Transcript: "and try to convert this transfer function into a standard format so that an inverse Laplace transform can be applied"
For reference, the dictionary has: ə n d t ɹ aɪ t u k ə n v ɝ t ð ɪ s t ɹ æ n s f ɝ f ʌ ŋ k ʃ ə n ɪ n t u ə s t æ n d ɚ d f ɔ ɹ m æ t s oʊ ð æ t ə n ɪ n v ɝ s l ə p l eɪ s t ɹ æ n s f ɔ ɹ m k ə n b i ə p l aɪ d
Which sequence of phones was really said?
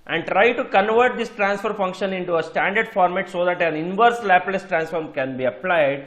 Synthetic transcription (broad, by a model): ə n d t ɹ aɪ t u k ə n v ɝ t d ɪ s t ɹ æ n s f ɝ f ʌ ŋ k ʃ ə n ɪ n t u ə s t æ n d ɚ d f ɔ ɹ m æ t s oʊ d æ t ə n ɪ n v ɝ s l ə p l eɪ s t ɹ æ n s f ɔ ɹ m k ə n b i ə p l aɪ d